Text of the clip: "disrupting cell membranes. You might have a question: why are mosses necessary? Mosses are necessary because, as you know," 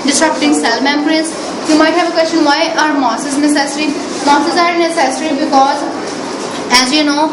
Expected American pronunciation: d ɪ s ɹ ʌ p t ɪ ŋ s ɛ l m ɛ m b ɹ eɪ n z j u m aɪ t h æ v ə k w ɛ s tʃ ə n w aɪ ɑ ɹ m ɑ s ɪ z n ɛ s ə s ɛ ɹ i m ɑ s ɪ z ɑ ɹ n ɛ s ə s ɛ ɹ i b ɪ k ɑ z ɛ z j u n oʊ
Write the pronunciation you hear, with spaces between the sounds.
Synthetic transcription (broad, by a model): d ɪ s ɹ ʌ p t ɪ ŋ s ɛ l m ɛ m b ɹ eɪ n s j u m aɪ t h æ v ə k w ɛ s tʃ ə n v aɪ ɑ ɹ m ɑ s ɪ z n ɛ s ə s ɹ i m ɑ s ɪ z ɑ ɹ n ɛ s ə s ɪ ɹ i b ɪ k ɑ z ɛ z j u n oʊ